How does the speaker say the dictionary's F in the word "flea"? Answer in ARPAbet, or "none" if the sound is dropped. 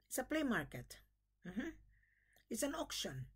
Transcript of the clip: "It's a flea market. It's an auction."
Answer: P